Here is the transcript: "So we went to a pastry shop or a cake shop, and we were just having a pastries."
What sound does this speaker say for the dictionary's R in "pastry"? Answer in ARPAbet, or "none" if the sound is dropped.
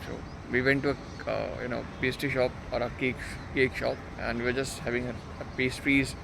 none